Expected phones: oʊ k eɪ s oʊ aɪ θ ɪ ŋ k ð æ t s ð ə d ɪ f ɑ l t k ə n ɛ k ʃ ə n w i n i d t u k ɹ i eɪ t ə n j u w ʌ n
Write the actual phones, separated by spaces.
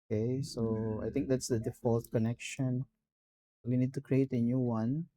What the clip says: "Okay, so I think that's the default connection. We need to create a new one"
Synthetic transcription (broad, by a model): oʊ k eɪ s oʊ aɪ t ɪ ŋ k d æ t s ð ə d ɪ f ɑ l t k ə n ɛ k ʃ ə n w i n i d t u k ɹ i eɪ t ə n j u w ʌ n